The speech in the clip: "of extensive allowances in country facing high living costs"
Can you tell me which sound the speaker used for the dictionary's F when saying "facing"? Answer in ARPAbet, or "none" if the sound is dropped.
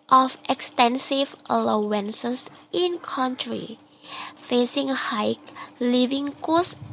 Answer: F